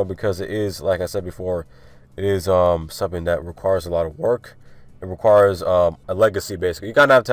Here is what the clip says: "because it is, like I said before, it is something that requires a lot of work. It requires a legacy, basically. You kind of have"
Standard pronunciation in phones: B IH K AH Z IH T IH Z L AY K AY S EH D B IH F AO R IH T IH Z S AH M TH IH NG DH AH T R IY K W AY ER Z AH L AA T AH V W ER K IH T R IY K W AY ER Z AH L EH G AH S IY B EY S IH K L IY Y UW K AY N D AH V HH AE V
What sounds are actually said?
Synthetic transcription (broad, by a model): B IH K AH Z IH T IH Z L AY K AY S EH D B IH F AO R IH T IH Z S AH M TH IH NG DH AH T R IY K W AY ER Z AH L AA T AH V W ER K IH T R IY K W AY ER Z AH L EH G AH S IY B EY S IH K L IY Y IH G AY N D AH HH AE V